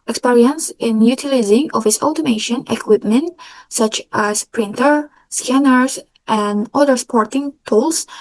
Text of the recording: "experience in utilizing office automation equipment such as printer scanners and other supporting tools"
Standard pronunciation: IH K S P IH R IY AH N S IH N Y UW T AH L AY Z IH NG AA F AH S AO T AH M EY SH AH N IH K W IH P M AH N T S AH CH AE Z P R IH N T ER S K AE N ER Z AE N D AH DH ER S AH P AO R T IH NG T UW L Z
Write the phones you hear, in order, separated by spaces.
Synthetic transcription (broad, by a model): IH K S P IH R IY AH N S IH N Y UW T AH L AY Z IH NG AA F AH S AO T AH M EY SH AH N IH K W IH P M AH N T S AH CH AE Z P R IH N T ER S K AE N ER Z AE N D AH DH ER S P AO R T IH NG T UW L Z